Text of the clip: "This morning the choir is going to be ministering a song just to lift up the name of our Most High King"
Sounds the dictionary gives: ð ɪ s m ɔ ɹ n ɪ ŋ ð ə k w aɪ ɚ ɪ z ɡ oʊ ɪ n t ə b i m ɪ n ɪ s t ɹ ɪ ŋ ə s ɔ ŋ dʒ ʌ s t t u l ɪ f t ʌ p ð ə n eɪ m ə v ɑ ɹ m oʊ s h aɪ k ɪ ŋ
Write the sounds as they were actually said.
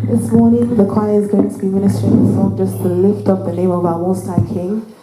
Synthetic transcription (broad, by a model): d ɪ s m ɔ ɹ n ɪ ŋ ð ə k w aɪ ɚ ɪ z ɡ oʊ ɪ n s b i m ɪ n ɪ s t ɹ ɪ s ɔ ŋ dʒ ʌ s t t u l ɪ f t ʌ p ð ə n eɪ m ə v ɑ m oʊ s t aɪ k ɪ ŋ